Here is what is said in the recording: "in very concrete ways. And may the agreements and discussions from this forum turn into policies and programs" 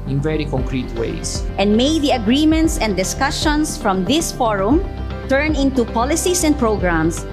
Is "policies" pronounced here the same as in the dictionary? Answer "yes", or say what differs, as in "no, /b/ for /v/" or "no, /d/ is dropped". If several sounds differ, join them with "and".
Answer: no, /s/ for /z/